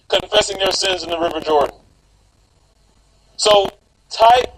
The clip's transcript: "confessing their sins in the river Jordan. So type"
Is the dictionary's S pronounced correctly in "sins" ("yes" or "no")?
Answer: yes